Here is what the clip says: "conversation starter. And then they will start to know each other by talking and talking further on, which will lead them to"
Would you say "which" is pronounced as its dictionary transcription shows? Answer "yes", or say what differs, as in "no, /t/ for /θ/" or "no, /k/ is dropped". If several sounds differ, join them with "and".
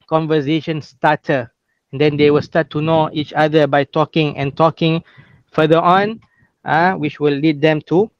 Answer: yes